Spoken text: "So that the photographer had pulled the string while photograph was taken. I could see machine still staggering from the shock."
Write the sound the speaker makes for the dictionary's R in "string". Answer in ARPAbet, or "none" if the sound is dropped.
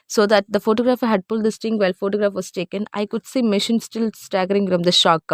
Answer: none